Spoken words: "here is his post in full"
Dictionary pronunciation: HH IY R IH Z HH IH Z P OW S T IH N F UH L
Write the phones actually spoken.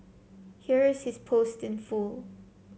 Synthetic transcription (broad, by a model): HH IY R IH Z HH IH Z P OW S T IH N F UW L